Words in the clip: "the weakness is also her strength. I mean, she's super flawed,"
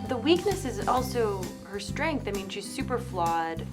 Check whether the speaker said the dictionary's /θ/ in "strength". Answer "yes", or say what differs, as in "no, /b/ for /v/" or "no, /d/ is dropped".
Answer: yes